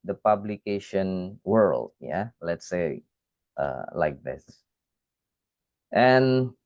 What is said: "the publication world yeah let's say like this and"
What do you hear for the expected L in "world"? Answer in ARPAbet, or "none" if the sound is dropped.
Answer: L